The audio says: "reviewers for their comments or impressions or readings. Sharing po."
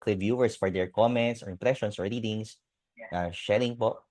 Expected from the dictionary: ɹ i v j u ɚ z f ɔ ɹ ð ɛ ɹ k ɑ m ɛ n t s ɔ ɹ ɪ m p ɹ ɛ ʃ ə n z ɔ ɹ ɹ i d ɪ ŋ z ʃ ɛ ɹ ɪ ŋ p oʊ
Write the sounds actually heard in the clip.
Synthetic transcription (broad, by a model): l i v j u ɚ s f ɔ ɹ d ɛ ɹ k ɑ m ɛ n t s ɔ ɹ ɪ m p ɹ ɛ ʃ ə n s ɔ ɹ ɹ i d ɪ ŋ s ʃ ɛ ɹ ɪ ŋ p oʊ